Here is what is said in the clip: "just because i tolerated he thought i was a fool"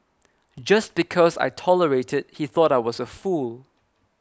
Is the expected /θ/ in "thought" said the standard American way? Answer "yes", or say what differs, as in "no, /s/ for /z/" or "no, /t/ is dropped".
yes